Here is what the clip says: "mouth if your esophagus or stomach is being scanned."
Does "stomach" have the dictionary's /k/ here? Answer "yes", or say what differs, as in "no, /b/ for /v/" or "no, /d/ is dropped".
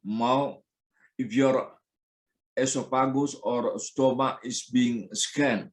no, /k/ is dropped